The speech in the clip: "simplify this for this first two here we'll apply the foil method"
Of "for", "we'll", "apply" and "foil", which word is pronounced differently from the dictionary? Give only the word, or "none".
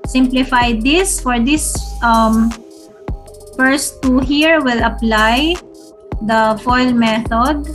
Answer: none